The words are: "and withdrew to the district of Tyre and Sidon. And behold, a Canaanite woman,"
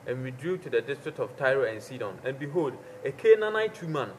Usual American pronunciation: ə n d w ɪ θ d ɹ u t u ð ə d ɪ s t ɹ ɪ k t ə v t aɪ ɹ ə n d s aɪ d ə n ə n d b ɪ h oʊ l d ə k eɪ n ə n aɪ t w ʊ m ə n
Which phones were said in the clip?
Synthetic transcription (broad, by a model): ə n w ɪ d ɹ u t u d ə d ɪ s t ɹ ɪ k t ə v t aɪ ɹ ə n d s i d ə n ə n b ɪ h oʊ l d ə k eɪ n ə n aɪ t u m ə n